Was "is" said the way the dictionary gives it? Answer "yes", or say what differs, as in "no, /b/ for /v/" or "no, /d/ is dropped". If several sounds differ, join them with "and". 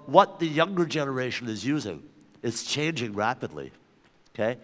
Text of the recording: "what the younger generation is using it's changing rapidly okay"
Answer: yes